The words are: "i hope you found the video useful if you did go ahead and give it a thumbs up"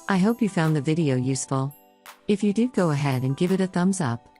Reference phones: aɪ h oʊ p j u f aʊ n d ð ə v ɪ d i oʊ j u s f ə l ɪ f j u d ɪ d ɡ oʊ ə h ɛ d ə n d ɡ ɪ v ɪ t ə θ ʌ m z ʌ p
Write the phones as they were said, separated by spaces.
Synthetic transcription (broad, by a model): aɪ h oʊ p j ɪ f aʊ n ð ə v ɪ d i oʊ j u s f l ɪ f j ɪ d ɪ d ɡ oʊ ə h ɛ d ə n ɡ ɪ v ɪ t ə θ ʌ m z ʌ p